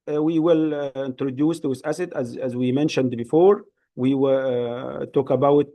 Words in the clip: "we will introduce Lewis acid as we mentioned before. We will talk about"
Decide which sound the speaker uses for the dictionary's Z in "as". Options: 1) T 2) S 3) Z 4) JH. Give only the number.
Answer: 3